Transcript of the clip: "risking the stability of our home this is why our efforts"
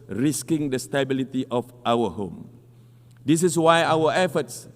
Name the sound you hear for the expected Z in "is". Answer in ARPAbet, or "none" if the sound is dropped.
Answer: S